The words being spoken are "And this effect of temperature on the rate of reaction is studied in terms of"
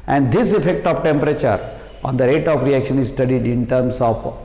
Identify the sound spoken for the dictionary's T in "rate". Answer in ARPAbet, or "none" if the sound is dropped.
T